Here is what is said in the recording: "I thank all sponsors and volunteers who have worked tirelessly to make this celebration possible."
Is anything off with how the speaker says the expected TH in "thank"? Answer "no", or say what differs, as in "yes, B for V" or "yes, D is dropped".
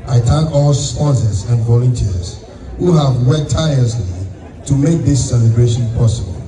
yes, T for TH